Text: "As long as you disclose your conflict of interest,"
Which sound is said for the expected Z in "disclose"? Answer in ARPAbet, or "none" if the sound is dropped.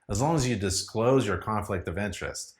Z